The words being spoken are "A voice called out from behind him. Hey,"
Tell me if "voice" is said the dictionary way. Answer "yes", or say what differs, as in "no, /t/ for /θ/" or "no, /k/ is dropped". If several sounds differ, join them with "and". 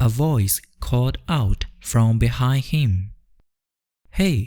yes